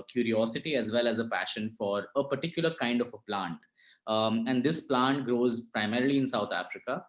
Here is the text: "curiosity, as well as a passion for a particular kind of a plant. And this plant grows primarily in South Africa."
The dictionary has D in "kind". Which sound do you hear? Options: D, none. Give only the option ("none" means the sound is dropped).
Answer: D